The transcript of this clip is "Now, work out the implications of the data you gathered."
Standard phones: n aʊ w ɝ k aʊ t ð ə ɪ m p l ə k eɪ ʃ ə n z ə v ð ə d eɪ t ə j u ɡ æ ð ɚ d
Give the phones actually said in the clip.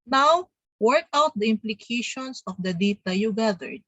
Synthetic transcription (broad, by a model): n aʊ w ɝ k aʊ t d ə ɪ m p l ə k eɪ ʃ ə n s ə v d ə d eɪ t ə j u ɡ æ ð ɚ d